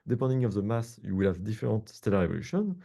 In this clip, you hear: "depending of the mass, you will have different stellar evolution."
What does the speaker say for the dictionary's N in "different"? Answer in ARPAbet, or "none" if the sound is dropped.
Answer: none